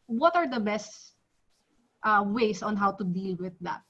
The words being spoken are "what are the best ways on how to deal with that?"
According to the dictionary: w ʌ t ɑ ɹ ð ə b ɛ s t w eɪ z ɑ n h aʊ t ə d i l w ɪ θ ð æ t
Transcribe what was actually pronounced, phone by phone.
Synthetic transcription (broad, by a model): w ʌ t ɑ ɹ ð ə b ɛ s t w eɪ s ɑ n h aʊ t ə d i l w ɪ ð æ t